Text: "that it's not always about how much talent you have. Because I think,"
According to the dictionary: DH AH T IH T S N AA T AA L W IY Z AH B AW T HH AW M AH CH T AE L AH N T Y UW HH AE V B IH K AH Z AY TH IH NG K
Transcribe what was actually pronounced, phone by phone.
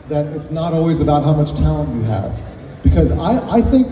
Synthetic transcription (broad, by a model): DH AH T IH T S N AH T AA L W IY Z AH B AW T HH AW M AH CH T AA AH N Y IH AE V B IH K AH Z AY TH IH NG K